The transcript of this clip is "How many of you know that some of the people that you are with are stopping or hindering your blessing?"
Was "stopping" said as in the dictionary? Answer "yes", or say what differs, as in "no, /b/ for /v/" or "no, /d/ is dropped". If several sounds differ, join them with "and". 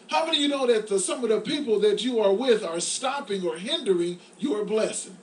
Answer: yes